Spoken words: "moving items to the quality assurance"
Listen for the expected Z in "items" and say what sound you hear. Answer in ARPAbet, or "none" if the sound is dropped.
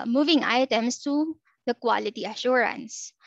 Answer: S